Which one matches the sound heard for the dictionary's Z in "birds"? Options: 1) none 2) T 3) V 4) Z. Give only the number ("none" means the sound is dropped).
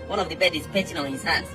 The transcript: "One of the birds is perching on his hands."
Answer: 1